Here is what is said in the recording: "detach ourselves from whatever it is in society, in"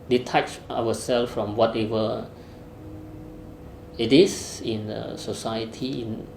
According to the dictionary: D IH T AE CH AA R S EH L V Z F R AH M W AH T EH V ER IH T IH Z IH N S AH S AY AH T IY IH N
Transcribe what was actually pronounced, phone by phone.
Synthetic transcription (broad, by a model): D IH T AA CH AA W S EH L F F R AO M W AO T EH V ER IH T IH S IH N S AH S AY AH T IY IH N